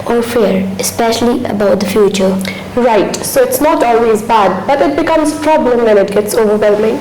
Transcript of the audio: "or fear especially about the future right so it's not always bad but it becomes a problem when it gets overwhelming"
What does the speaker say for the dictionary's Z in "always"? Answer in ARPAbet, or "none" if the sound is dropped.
Z